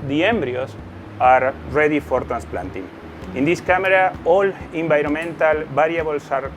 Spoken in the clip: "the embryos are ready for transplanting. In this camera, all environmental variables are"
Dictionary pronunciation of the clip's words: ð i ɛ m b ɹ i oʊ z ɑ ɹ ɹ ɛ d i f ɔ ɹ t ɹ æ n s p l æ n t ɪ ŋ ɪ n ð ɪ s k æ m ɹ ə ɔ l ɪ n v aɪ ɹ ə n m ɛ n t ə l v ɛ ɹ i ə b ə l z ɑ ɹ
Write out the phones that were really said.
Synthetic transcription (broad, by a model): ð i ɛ m b ɹ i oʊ s ɑ ɹ ɹ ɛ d i f ɔ ɹ t ɹ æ n s p l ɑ n t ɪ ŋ ɪ n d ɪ s k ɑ m ɹ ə ɔ l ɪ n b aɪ ɹ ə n m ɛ n t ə l b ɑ ɹ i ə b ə l s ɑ ɹ